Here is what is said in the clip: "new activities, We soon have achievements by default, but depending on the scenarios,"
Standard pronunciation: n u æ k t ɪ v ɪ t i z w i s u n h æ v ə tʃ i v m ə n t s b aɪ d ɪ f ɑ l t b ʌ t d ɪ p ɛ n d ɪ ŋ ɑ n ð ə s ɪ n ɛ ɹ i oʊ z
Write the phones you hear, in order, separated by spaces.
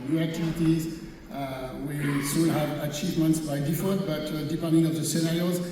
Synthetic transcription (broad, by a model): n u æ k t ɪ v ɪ t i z w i s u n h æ v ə tʃ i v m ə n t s b aɪ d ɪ f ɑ n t b ʌ t d ɪ p ɛ n d ɪ ŋ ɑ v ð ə s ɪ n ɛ ɹ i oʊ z